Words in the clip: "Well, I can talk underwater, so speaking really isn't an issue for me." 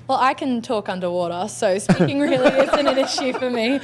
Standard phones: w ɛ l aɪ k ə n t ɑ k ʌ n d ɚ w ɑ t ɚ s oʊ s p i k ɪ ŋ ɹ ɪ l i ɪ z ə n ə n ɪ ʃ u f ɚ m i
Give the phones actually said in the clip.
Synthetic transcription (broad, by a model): w ɛ l aɪ k ə n t ɑ k ʌ n d ɚ w ɑ t ɚ s oʊ s p i k ɪ ŋ ɹ ɪ l i ɪ s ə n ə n ɪ ʃ u f ɚ m i